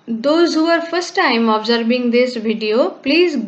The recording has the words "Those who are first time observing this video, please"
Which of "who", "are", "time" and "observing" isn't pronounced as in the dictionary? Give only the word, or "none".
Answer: observing